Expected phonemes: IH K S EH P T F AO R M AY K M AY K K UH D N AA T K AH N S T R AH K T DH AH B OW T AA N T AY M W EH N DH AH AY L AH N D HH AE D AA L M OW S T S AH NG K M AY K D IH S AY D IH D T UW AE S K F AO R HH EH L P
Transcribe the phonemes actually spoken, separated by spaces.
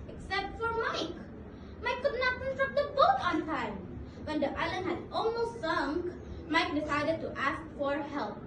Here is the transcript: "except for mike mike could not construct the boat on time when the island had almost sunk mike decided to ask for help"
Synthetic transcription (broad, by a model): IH K S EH P T F AO R M AY K M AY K K UH D N AA T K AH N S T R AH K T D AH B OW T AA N T AY M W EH N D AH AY L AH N HH AE D AA L M OW S T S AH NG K M AY K D IH S AY D IH D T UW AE S K F AO R HH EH L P